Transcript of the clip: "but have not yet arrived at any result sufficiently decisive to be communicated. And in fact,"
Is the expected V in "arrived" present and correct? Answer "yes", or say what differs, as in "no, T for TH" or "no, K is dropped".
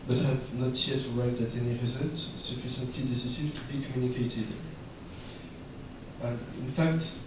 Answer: no, V is dropped